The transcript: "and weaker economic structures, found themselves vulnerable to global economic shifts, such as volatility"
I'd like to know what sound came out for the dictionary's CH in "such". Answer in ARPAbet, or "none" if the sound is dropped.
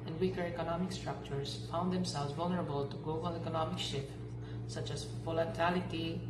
CH